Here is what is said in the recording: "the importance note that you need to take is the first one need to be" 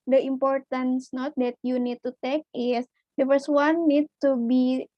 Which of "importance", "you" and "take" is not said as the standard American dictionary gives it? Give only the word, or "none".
none